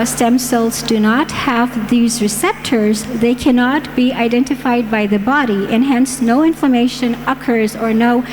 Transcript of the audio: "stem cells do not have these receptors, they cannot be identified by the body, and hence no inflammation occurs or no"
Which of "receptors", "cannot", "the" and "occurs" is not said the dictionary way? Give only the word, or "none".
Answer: none